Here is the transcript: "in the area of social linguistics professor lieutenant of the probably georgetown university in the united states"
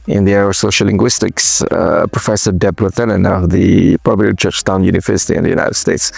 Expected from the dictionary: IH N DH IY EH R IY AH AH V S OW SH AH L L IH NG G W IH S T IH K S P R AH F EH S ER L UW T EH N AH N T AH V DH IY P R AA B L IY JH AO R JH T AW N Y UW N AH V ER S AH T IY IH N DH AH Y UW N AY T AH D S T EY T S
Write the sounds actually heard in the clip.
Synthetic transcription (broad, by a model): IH N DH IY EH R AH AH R S OW SH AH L L IH NG G W IH S T IH K S P R AH F EH S ER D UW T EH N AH N AH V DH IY P AA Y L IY CH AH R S T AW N Y UW N AH V ER S AH T IY IH N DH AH Y UW N AY T AH D S T EY T S